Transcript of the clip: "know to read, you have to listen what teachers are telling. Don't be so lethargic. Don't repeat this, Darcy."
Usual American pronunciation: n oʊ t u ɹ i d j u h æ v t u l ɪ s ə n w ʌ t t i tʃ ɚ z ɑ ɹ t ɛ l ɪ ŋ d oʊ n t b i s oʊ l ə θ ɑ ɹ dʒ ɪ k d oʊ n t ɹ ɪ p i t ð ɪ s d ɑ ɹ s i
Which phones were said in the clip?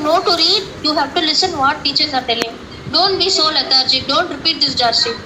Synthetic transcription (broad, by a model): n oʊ t u ɹ i d j u h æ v t u l ɪ s ə n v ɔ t t i tʃ ɚ z ɑ ɹ t ɛ l ɪ ŋ d oʊ n t b i s oʊ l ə t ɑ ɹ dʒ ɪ d oʊ n t ɹ ɪ p i t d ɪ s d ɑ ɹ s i